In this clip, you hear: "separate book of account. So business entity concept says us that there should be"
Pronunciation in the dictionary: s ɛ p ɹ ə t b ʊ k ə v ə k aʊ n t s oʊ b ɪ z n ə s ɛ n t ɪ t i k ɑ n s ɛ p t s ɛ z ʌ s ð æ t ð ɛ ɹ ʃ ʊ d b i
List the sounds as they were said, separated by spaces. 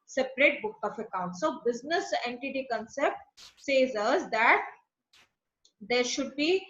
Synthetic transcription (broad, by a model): s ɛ p ɹ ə t b ʊ k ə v ə k aʊ n t s oʊ b ɪ z n ə s ɛ n t ɪ t i k ɑ n s ɛ p t s ɛ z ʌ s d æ t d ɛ ɹ ʃ ʊ d b i